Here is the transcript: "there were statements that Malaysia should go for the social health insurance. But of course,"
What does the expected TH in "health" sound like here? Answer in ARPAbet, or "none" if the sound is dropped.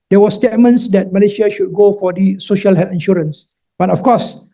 F